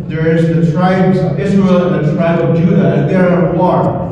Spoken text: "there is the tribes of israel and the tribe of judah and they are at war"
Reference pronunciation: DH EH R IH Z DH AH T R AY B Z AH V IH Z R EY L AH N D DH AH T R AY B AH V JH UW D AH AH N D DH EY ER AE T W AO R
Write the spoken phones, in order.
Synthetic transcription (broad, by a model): DH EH R IH Z DH AH T R AY B Z AH V IH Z R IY L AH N DH AH T R AY B AH V JH UW D AH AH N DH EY ER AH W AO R